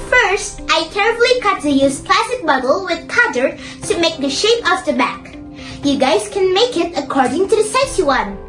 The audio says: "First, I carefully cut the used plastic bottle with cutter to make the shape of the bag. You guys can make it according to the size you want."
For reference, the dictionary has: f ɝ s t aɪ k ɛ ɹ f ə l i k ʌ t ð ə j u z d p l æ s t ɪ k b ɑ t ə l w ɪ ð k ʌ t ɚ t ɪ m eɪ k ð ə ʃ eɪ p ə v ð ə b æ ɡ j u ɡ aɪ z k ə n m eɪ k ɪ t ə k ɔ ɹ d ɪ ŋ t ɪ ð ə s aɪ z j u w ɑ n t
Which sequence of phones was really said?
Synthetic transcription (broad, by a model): f ɝ s t aɪ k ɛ ɹ ə l i k ʌ t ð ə j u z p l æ s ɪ k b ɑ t l w ɪ ð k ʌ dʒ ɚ t ɪ m eɪ k ð ə ʃ eɪ p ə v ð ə b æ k j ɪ ɡ aɪ z k ə n m eɪ k ɪ t ə k ɔ ɹ d ɪ ŋ t ɪ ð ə s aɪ s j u w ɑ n